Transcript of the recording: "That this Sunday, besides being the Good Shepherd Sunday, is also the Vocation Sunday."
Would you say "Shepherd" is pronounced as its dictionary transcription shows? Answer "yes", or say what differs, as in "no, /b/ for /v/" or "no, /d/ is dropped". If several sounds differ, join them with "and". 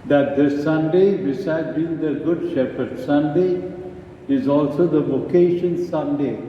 yes